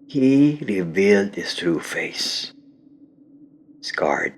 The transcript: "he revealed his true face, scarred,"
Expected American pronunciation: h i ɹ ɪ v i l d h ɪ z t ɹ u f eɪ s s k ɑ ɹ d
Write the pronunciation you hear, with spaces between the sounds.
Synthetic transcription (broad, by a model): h i ɹ ɪ v i l d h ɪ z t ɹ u f eɪ s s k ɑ ɹ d